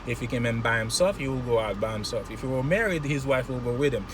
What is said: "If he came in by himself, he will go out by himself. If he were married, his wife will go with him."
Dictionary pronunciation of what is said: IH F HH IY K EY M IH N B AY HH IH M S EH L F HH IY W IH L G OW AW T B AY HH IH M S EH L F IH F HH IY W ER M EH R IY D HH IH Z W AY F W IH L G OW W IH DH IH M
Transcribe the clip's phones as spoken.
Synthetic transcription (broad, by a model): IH F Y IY K EY M IH N B AY HH IH M S EH L F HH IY W IH L G OW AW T B AY HH IH M S EH L F IH F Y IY W ER M EH R IY D HH IH Z W AY F W IH L G OW W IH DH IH M